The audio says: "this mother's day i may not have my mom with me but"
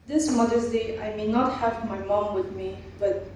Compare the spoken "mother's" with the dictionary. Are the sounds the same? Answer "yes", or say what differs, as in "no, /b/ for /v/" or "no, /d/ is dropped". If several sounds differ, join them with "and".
no, /s/ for /z/